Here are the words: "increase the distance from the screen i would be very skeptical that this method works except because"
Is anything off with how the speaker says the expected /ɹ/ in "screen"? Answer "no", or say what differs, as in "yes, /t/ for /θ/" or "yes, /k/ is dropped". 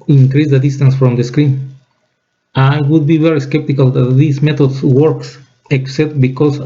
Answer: no